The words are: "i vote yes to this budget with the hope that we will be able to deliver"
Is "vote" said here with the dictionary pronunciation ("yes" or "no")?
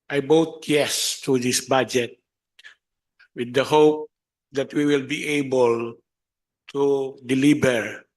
no